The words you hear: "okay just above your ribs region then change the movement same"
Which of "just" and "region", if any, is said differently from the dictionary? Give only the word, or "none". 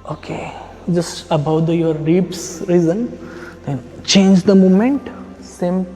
region